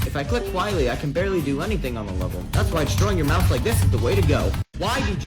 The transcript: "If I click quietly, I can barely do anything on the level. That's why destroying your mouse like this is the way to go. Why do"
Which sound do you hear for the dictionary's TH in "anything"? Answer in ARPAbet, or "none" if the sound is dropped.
TH